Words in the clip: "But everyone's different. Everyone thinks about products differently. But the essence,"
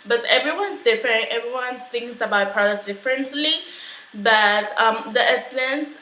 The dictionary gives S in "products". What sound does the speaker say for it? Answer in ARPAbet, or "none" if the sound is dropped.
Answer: none